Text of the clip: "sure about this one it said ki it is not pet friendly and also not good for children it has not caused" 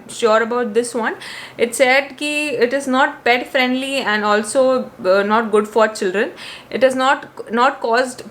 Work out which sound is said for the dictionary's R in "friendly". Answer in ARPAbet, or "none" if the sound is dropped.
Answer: R